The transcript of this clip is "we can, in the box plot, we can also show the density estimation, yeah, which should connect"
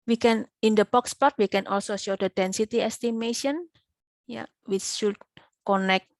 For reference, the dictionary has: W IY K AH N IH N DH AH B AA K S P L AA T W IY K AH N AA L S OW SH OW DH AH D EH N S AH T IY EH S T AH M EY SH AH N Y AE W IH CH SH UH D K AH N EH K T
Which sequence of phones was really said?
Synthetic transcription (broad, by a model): W IY K AH N IH N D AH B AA K S P AA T W IY K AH N AA L S OW SH OW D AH D EH N S AH T IY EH S T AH M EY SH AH N Y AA W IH CH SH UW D K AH N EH K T